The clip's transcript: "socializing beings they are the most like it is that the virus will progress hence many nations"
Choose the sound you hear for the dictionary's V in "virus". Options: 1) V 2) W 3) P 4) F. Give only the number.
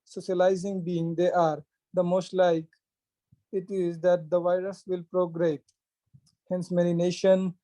1